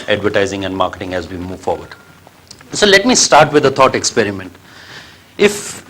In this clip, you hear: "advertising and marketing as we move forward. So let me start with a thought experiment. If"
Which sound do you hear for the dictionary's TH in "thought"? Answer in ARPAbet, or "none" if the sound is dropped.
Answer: T